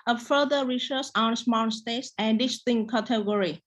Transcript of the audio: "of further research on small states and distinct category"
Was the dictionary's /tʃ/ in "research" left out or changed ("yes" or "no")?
yes